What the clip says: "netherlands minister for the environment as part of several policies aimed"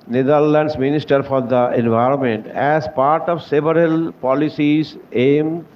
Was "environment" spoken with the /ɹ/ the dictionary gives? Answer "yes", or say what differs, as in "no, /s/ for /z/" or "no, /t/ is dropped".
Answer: yes